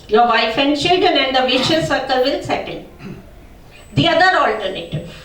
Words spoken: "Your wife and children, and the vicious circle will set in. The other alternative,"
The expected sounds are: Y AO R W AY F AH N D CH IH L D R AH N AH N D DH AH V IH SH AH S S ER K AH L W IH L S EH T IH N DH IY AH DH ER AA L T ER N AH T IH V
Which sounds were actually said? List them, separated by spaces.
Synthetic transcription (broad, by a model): Y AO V AY F AH N D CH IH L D AH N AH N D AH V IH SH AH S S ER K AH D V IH L S EH T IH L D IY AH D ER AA L T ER N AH T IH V